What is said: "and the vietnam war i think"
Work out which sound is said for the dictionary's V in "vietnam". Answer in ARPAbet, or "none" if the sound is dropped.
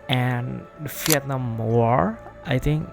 F